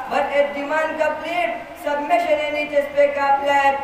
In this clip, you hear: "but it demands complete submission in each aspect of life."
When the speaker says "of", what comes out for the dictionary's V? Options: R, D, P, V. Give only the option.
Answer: P